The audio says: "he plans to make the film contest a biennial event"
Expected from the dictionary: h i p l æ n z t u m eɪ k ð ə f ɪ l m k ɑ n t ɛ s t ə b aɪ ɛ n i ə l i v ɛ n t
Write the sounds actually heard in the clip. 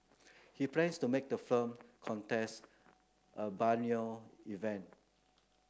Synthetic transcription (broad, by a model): h i p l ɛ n s t u m eɪ k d ə f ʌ m k ɑ n t ɛ s t ə b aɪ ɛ n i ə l i v ɛ n t